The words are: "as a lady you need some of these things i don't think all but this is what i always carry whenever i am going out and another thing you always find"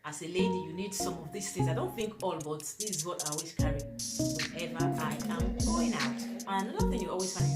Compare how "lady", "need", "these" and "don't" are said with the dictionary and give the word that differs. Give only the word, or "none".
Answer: these